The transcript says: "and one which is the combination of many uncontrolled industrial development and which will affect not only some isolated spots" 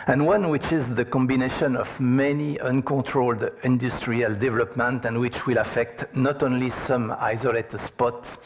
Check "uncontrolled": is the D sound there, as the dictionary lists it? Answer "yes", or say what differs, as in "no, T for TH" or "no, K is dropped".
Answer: yes